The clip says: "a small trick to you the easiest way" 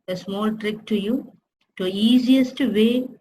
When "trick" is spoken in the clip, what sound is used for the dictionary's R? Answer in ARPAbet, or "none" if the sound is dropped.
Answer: R